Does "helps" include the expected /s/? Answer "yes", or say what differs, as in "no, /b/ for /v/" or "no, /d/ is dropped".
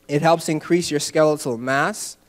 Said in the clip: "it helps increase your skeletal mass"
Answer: yes